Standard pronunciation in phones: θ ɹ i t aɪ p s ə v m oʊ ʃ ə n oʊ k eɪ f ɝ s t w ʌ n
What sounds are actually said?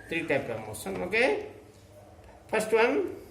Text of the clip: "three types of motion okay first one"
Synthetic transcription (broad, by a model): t ɹ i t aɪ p ə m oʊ s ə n oʊ k eɪ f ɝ s t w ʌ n